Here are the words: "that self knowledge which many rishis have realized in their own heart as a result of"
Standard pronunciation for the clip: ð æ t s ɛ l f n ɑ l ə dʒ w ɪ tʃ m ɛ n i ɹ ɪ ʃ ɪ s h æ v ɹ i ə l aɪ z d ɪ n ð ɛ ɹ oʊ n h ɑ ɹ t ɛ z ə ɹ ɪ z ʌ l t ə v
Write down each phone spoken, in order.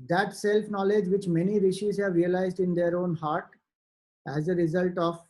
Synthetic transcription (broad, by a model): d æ t s ɛ l f n ɑ l ə dʒ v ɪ tʃ m ɛ n i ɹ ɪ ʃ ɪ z h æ v ɹ i ə l aɪ z d ɪ n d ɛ ɹ oʊ n h ɑ ɹ t ɛ z ə ɹ ɪ z ʌ l t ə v